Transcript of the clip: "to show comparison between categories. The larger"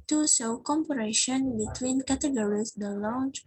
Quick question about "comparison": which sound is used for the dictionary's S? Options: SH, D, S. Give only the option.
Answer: SH